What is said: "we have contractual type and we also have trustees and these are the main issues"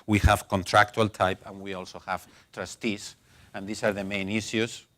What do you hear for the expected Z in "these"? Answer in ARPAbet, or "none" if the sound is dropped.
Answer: S